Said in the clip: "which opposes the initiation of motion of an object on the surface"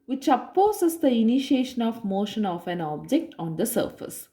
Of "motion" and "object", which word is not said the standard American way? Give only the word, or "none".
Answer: none